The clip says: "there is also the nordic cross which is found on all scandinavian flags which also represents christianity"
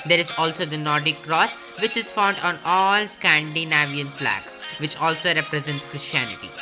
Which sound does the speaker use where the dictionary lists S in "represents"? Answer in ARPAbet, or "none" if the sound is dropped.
S